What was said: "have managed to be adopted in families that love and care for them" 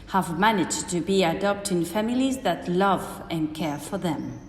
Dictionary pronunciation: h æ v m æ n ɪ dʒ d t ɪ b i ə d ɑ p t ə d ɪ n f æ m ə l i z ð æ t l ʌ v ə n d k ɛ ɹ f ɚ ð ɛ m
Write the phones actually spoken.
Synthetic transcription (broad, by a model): h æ v m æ n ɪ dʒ t ɪ b i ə d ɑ p t ɪ n f æ m ə l i z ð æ t l ʌ v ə n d k ɛ ɹ f ɚ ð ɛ m